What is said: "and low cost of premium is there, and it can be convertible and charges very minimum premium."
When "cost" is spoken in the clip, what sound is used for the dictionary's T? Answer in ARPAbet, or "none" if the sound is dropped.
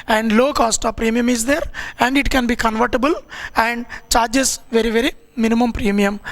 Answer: T